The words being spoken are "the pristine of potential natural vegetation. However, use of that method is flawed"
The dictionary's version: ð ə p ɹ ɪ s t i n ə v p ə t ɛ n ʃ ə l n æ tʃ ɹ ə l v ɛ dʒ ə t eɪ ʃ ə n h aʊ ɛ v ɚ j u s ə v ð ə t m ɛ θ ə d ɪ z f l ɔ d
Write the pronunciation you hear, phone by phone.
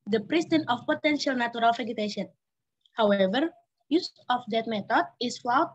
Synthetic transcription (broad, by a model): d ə p ɹ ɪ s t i n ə f p ə t ɛ n ʃ ə l n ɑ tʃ ɹ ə l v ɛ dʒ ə t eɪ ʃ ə n h aʊ ɛ v ɚ j u s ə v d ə t m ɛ t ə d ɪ s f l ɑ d